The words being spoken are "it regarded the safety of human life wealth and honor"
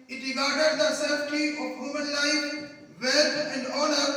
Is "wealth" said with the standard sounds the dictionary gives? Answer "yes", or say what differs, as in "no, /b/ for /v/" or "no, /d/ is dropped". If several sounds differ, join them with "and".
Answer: no, /t/ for /θ/